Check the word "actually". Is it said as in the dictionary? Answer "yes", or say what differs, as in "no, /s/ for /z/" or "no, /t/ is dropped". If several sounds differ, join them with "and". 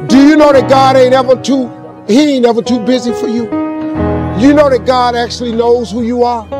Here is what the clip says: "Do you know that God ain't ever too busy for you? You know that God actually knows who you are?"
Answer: yes